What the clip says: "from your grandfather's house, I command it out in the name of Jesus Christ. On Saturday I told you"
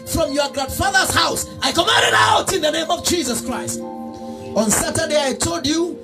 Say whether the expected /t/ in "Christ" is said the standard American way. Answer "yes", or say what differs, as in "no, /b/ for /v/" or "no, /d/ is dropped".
yes